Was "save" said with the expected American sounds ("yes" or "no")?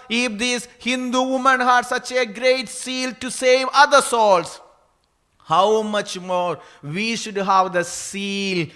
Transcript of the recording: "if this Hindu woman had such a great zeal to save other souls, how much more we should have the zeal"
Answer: yes